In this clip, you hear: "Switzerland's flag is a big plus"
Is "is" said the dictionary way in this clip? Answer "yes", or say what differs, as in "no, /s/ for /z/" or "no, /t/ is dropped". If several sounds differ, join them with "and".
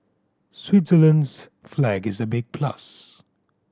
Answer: yes